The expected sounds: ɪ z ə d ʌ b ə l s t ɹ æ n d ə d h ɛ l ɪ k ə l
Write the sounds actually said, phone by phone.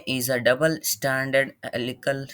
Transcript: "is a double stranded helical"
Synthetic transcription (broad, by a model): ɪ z ə d ʌ b ə l s t æ n d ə d l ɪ k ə l